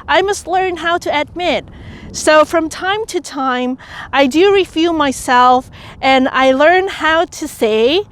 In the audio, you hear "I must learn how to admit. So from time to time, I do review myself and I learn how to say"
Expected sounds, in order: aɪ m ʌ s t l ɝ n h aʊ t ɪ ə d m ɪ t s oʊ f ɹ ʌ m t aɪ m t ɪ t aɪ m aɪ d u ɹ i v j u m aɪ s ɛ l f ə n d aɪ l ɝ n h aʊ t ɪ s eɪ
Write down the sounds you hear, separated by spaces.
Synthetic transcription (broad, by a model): aɪ m ʌ s t l ɝ n h aʊ t ɪ ə d m ɪ t s oʊ f ɹ ʌ m t aɪ m t ɪ t aɪ m aɪ d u ɹ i f j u m aɪ s ɛ l f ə n aɪ l ɝ n h aʊ t ɪ s eɪ